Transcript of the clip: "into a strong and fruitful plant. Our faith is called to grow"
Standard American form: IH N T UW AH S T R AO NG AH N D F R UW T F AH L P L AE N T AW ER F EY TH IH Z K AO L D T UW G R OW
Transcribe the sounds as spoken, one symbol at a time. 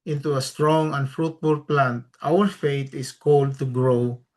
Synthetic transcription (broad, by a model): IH N T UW AH S T R AO NG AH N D F R UW T F AH L P L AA N T AW ER F EY T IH S K AO L D T UW G R OW